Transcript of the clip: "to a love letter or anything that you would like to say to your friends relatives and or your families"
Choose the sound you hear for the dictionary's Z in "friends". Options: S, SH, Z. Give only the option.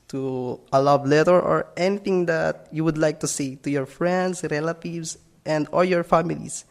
S